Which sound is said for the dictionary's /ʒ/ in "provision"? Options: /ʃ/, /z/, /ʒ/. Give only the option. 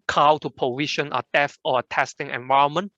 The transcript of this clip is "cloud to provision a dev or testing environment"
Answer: /ʃ/